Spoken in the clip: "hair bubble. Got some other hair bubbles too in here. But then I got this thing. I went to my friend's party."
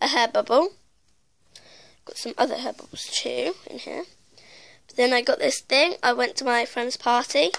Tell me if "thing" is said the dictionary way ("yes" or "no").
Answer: yes